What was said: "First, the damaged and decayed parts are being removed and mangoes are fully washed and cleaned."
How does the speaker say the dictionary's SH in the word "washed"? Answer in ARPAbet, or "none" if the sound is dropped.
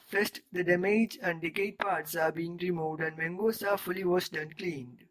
S